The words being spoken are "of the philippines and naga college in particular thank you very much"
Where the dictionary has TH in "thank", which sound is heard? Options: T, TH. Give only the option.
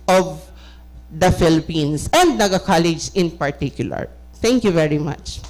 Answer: T